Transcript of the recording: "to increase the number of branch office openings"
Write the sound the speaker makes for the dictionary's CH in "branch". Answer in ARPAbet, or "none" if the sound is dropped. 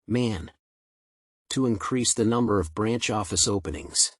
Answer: CH